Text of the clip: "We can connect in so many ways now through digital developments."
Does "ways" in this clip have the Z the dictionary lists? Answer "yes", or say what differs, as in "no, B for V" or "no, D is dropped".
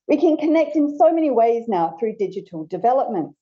yes